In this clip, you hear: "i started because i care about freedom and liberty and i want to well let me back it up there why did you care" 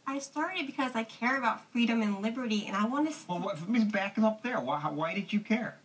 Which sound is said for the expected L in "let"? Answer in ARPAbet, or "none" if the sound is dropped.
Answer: W